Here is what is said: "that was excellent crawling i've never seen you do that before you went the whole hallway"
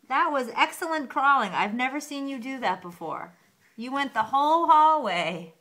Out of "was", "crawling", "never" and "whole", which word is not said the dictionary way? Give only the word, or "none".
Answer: none